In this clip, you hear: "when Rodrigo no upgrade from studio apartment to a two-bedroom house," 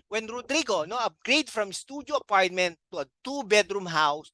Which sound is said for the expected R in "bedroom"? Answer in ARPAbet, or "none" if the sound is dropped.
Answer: R